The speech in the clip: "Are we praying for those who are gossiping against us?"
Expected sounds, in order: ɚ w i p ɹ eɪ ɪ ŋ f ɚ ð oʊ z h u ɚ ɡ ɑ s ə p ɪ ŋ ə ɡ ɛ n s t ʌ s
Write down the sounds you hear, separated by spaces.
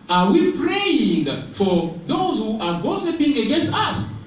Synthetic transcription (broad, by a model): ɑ w i p ɹ eɪ ɪ ŋ f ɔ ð oʊ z h u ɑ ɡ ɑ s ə p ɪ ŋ ə ɡ ɛ n s t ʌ s